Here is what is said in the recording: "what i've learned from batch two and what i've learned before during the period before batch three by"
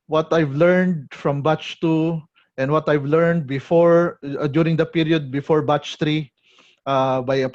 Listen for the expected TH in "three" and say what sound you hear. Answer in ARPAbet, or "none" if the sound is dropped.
T